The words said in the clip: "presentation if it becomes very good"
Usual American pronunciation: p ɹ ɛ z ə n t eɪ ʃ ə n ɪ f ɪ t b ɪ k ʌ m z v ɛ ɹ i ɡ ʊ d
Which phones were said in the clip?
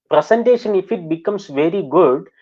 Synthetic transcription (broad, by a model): p ɹ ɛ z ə n t eɪ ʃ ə n ɪ f ɪ t b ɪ k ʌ m s v ɛ ɹ i ɡ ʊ d